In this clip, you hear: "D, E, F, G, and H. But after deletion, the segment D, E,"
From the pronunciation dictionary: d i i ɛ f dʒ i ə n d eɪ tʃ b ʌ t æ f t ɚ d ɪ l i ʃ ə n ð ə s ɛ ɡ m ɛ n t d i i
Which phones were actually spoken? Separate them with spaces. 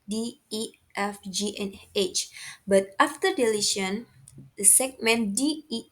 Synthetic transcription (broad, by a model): d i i ɛ f dʒ i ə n eɪ tʃ b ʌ t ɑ f t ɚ d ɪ l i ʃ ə n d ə s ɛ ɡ m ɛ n d i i